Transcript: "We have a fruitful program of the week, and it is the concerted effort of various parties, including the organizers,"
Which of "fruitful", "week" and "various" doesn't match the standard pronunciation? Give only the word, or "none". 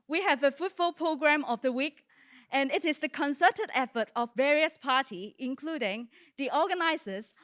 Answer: fruitful